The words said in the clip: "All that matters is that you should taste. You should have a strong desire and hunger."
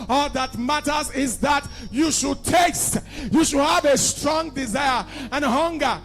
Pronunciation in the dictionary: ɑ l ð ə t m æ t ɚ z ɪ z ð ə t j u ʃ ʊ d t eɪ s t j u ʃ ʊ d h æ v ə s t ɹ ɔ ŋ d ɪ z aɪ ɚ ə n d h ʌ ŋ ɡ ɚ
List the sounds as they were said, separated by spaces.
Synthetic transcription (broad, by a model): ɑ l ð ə t m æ t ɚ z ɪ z ð ə t j u ʃ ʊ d t eɪ s t j u ʃ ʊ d h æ v ə s t ɹ ɔ ŋ d ɪ z aɪ ɚ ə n h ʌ ŋ ɡ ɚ